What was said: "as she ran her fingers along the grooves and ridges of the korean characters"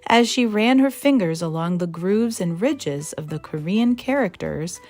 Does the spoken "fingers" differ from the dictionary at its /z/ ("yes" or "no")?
no